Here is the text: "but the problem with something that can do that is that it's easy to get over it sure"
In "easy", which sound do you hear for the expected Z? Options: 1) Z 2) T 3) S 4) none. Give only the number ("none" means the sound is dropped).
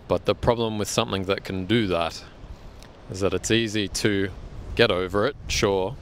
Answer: 1